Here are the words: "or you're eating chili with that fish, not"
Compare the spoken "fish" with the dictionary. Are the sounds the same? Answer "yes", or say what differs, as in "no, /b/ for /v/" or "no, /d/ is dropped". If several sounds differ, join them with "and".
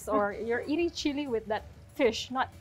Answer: yes